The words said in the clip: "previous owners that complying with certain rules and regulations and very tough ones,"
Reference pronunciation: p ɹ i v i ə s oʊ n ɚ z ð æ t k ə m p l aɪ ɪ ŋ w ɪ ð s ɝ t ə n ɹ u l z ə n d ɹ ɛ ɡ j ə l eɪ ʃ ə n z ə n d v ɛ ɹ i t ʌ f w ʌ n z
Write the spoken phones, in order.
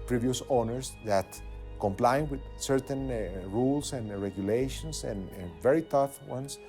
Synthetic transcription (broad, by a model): p ɹ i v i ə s oʊ n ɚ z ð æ t k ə m p l aɪ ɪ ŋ w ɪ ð s ɝ t ə n ɹ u l s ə n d ɹ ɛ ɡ j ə l eɪ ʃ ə n s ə n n v ɛ ɹ i t ʌ f w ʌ n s